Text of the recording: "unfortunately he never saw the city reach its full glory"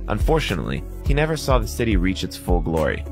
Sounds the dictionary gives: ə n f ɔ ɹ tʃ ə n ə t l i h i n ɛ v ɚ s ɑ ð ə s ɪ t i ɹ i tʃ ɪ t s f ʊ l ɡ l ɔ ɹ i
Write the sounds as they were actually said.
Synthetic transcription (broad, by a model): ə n f ɔ ɹ tʃ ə n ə t l i h i n ɛ v ɚ s ɑ ð ə s ɪ t i ɹ i tʃ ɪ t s f ʊ l ɡ l ɔ ɹ i